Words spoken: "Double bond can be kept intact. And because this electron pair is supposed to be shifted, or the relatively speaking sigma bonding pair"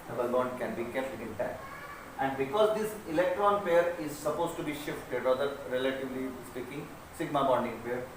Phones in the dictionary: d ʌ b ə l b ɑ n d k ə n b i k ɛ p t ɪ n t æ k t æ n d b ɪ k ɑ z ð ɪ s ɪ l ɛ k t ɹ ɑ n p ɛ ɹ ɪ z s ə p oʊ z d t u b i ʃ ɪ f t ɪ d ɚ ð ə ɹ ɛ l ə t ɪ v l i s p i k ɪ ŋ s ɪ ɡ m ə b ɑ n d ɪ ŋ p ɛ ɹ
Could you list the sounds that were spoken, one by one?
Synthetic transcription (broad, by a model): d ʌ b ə l b ɑ n d k ə n b i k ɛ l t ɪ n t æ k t æ n d b ɪ k ɑ z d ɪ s ɪ l ɛ k t ɹ ɑ n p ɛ ɹ ɪ z s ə p oʊ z t u b i ʃ ɪ f t ɪ d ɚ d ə ɹ ɛ l ə t ɪ v l i s p i k ɪ ŋ s ɪ ɡ m ə b ɑ n d ɪ ŋ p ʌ ɹ